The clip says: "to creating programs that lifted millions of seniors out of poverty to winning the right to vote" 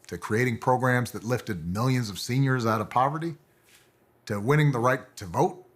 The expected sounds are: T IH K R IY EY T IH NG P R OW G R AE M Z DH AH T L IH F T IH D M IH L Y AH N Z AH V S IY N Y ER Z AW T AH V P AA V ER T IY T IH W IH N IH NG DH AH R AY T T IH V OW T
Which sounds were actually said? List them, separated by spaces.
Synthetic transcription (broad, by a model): T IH K R IY EY T IH NG P R OW G R AE M Z DH AH T L IH F T IH D M IH L Y AH N Z AH V S IY N Y ER Z AW T AH V P AA V ER T IY T IH W IH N IH NG DH AH R AY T T IH V OW T